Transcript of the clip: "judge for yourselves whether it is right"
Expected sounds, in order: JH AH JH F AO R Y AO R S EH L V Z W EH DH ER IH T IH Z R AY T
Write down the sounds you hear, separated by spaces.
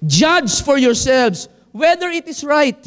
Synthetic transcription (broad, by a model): JH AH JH F AO R Y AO R S EH L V S W EH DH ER IH T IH S R AY T